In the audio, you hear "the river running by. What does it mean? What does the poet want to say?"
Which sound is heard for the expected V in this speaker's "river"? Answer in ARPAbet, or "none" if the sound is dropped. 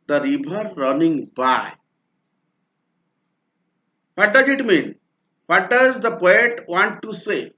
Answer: B